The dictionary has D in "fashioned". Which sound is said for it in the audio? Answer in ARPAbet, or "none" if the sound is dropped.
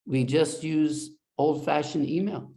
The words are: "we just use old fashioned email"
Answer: none